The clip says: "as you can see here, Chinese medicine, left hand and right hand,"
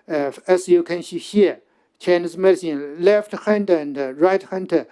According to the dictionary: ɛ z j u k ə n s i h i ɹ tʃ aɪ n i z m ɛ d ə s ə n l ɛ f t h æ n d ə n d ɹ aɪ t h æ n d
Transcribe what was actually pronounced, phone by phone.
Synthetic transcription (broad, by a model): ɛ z j u k ə n ʃ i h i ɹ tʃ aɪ n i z m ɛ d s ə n l ɛ f t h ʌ n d ə n d ɹ aɪ t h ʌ n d